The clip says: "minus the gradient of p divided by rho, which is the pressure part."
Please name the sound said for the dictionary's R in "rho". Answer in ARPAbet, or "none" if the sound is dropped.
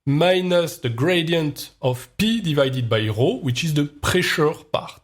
R